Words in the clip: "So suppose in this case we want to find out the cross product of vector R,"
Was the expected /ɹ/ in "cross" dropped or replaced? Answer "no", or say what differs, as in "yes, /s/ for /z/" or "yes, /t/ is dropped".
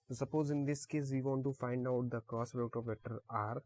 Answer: yes, /ɹ/ is dropped